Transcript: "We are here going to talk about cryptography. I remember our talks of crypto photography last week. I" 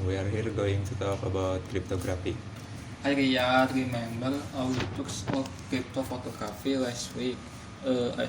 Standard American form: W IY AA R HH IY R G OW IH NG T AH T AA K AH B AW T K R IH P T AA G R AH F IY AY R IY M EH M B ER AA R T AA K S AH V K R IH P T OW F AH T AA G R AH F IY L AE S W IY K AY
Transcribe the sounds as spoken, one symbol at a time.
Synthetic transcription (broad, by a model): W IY AA R HH IY R G OW IH NG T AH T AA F AH B AW T K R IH P T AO G R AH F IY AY R IY M EH M B ER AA W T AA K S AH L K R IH P T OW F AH T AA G R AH F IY L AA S W IY K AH